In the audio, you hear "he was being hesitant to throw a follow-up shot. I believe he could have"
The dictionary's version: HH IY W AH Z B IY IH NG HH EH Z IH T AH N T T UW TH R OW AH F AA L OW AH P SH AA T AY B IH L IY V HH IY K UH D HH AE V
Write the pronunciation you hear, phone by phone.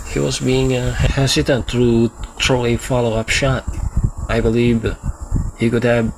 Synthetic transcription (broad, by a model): HH IY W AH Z B IY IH NG HH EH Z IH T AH N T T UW T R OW AH F AA L OW AH P SH AA T AY B IH L IY V HH IY K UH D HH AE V